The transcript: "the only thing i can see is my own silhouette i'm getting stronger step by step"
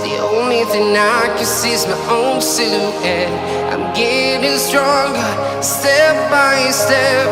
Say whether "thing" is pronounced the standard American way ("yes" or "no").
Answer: yes